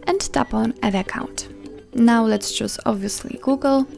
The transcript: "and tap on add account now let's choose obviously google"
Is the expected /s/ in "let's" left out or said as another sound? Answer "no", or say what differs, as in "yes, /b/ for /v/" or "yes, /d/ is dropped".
no